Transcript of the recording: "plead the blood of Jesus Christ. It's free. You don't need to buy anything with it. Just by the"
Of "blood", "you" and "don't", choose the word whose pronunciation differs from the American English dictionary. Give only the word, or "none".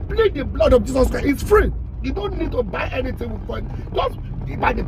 none